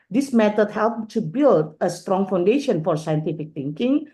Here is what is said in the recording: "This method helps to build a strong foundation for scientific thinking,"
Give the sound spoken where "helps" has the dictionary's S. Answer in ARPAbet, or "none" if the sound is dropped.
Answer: none